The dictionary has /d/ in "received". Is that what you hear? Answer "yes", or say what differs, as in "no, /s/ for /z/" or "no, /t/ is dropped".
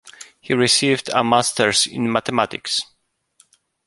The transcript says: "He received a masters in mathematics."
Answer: yes